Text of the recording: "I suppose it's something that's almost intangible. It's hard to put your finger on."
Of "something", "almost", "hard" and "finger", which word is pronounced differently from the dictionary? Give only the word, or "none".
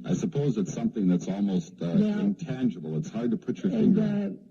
none